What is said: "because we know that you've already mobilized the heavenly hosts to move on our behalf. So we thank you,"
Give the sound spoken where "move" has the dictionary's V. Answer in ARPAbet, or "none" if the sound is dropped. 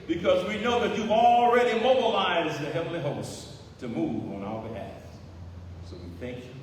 V